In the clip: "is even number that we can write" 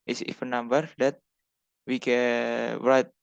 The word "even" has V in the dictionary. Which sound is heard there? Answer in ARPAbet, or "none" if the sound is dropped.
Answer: F